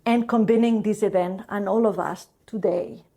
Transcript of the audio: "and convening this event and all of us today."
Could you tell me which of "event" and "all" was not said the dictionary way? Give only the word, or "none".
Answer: none